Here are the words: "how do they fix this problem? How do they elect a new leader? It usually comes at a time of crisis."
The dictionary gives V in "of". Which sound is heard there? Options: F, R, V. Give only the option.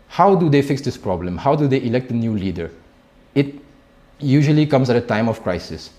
F